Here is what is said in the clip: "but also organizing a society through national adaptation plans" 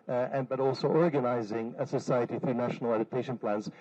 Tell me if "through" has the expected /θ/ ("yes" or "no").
yes